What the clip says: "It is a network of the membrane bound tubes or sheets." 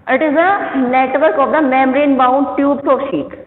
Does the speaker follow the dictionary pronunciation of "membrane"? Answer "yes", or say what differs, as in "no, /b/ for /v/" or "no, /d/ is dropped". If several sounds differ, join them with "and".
no, /b/ is dropped